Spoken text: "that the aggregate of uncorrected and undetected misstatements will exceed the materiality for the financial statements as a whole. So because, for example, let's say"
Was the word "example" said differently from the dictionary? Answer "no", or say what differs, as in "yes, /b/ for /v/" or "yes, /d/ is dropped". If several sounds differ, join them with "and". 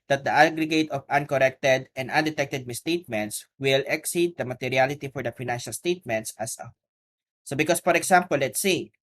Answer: yes, /s/ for /z/